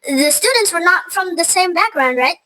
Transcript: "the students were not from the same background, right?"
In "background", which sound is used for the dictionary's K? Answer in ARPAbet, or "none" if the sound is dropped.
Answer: K